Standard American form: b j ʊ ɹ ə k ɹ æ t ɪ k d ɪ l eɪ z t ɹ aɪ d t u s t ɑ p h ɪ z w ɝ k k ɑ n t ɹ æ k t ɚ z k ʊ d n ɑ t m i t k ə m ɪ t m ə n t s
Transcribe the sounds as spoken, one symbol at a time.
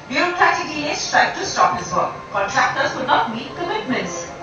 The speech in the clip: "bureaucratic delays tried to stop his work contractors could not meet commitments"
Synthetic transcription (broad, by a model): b j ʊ ɹ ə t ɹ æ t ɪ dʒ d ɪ eɪ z t ɹ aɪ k t u s t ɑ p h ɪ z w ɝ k k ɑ n t ɹ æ k t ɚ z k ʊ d n ɑ t m i t k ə m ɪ t m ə n t s